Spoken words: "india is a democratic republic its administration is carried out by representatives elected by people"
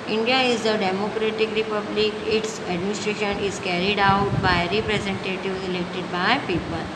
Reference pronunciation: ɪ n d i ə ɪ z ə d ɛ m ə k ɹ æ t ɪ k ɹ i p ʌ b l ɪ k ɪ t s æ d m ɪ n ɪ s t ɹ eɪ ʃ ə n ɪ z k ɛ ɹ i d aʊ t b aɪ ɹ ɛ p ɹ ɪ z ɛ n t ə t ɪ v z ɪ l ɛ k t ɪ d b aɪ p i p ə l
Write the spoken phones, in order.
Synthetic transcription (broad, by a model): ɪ n d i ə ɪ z ə d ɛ m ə k ɹ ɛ t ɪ k ɹ i p ʌ b l ɪ k ɪ t s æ d m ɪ n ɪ s t ɹ eɪ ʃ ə n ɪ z k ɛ ɹ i d aʊ t b aɪ ɹ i p ɹ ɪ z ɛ n t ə t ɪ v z ɪ l ɛ k t ɪ d b aɪ p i p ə l